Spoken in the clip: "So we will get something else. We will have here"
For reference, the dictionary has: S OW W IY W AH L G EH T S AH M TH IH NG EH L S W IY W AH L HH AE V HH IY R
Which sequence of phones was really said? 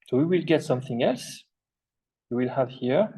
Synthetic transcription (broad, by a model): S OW W IY W AH L G EH T S AH M TH IH NG EH L S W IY W AH L HH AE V HH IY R